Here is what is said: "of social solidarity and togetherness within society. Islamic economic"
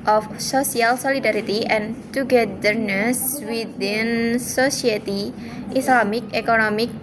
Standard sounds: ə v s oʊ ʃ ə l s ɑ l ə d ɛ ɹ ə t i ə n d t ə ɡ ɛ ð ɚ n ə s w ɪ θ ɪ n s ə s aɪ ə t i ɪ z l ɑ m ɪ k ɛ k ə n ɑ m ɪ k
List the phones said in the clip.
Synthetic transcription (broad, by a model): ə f s oʊ s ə l s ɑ l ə d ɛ ɹ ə t i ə n t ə ɡ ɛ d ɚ n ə s w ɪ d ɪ n s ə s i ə t i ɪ s l ɑ m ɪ k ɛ k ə n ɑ m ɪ k